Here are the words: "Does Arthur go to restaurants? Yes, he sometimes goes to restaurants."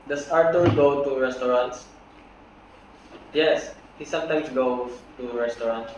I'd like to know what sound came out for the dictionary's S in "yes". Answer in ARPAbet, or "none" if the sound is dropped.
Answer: S